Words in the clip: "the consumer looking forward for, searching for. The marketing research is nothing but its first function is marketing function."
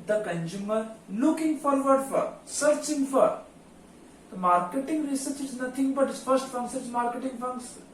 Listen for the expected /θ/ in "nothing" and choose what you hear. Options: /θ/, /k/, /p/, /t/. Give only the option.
/t/